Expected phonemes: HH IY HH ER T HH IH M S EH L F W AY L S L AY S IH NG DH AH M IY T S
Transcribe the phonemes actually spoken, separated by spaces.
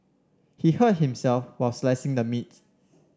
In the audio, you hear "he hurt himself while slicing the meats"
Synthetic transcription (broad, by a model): HH IY HH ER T HH IH M S EH L F W AY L S L AY S IH NG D AH M IY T